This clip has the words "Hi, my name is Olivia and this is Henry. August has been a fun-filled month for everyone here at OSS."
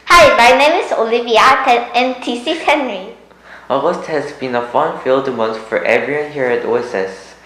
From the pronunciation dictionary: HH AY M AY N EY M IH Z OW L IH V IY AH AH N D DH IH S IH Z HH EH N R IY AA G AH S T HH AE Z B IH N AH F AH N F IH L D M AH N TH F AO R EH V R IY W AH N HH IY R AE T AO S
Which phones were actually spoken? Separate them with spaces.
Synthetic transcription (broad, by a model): HH AY M AY N EY M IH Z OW L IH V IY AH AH N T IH S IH HH EH N R IY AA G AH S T HH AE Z B IH N AH F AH N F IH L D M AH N S F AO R EH V R IY W AH N HH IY R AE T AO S